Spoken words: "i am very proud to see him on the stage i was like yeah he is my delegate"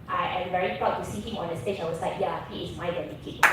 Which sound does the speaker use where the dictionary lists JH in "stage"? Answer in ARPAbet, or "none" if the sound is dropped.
CH